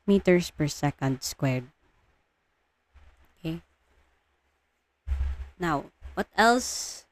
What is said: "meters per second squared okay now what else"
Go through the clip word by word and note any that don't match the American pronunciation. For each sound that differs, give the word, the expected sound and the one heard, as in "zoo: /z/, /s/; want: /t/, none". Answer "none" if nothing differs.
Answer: none